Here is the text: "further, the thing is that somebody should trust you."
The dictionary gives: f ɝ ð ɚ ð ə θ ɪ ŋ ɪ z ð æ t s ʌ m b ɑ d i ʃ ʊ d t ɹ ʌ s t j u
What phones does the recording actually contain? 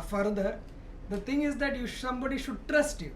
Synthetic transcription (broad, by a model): f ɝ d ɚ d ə t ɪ ŋ ɪ z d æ t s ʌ m b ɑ d i ʃ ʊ d t ɹ ʌ s t j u